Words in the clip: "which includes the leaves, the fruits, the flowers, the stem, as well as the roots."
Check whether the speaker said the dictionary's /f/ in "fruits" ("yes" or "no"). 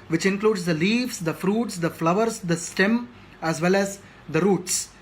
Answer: yes